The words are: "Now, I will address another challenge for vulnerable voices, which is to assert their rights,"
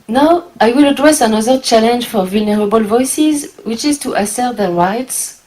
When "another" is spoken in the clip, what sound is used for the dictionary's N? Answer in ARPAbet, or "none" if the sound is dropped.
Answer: N